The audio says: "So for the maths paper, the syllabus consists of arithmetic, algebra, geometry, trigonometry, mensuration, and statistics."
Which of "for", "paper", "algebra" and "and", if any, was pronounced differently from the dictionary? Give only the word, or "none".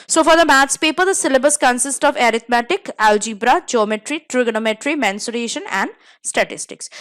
none